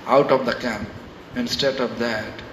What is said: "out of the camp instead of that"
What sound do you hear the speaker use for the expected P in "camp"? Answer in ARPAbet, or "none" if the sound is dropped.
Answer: P